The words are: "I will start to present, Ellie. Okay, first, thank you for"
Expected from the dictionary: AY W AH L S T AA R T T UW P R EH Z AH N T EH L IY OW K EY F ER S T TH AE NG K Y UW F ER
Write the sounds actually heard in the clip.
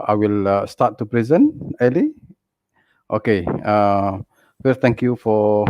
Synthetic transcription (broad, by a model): AY W AH L S T AA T T UW P R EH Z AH N EH L IY OW K EY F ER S T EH NG K Y UW F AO